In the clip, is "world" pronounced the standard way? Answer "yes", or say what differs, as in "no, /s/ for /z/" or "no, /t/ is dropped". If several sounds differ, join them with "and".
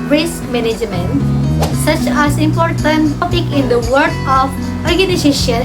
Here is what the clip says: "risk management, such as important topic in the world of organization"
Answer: no, /l/ is dropped